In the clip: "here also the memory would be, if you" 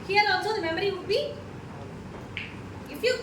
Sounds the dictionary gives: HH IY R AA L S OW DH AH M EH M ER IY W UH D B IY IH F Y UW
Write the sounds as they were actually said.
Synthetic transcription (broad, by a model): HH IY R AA S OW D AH M EH M ER IY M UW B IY IH F Y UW